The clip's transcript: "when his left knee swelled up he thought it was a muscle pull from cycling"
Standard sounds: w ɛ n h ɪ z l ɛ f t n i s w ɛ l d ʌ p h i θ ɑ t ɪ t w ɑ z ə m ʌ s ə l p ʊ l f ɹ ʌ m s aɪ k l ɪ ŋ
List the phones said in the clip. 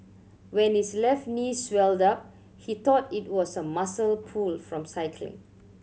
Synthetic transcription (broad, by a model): w ɛ n h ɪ s l ɛ f t n i s w ɛ l d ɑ p h i t ɑ t ɪ t w ɑ s ə m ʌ s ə l p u l f ɹ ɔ m s aɪ k l ɪ ŋ